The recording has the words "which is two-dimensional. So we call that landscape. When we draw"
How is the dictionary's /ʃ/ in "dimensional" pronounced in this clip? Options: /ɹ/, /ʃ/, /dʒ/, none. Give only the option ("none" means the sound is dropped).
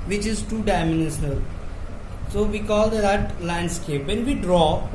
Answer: none